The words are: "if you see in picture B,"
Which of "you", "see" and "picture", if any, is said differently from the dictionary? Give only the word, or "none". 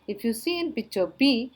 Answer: picture